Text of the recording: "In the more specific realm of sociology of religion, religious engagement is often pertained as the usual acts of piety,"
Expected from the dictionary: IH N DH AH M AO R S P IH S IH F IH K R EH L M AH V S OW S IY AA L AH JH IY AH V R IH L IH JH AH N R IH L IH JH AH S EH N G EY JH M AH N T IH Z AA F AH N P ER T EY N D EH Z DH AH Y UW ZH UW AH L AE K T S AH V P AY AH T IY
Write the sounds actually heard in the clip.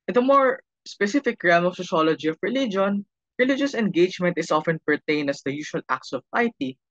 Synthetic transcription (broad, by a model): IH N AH M AO R S P IH S IH F IH K R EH M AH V S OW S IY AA L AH JH IY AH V R IH L IH JH AH N R IH L IH JH AH S EH N G EY JH M AH N T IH S AA F AH N P ER T EY N D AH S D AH Y UW SH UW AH L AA K T S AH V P AY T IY